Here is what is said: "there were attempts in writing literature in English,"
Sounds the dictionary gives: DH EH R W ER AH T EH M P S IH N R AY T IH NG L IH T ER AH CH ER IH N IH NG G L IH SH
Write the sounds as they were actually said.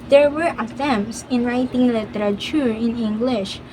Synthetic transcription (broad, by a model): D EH R W ER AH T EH M S IH N R AY T IH NG L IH T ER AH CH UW IH N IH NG G L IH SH